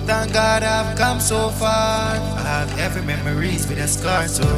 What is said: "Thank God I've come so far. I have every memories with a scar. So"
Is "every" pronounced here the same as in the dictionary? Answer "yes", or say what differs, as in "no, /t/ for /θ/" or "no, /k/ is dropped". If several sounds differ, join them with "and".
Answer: no, /ɹ/ is dropped